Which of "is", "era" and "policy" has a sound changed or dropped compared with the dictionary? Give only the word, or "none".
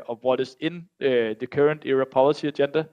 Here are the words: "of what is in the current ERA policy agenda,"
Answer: is